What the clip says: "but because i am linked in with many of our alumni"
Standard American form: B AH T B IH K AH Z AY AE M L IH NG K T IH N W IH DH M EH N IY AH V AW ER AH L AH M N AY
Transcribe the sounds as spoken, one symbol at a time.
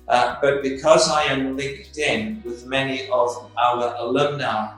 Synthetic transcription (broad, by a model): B AH T B IH K AH Z AY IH M L IH NG K T IH N W IH DH M EH N IY AH V AW ER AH L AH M N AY